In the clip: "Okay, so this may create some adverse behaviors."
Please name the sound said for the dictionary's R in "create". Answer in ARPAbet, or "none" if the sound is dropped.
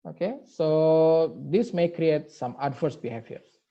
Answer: R